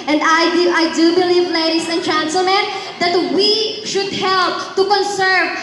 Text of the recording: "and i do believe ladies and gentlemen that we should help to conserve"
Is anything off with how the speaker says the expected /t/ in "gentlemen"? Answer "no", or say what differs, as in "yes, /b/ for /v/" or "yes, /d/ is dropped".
yes, /s/ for /t/